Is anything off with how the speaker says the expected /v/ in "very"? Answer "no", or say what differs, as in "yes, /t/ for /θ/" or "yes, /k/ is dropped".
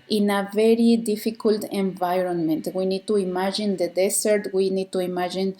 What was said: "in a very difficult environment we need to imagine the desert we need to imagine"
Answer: no